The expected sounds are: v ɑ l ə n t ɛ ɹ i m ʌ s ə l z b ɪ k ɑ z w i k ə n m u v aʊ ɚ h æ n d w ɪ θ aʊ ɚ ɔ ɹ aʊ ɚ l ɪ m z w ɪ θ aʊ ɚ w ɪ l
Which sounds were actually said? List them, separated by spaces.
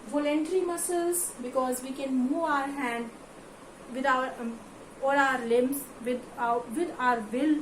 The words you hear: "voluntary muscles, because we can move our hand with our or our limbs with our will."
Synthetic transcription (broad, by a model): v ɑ l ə n t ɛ ɹ i m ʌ s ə l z b ɪ k ɑ z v i k ə n m u v aʊ ɚ h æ n d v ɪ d aʊ ɚ ɔ l aʊ ɚ l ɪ m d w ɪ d aʊ ɚ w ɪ l